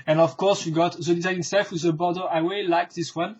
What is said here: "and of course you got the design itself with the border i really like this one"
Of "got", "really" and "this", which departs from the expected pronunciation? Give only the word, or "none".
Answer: really